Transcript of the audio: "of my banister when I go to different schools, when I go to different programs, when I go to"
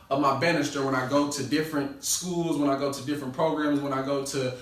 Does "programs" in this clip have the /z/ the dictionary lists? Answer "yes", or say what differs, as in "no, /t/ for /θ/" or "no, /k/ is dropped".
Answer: yes